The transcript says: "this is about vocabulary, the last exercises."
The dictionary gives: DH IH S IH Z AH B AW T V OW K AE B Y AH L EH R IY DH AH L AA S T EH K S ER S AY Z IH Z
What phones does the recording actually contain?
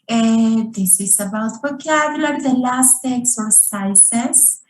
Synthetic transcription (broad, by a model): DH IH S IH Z AH B AW T B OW K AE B Y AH L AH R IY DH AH L AA S T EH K S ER S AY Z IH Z